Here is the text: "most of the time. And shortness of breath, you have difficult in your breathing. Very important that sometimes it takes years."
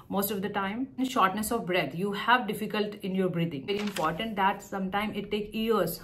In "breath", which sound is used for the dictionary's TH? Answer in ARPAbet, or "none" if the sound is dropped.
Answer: T